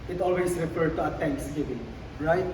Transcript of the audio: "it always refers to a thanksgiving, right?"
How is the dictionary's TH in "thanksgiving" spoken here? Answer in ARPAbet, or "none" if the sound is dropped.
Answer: T